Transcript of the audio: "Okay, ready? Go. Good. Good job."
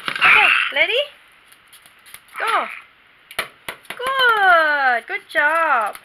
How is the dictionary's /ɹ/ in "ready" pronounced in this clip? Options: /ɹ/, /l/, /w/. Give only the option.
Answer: /l/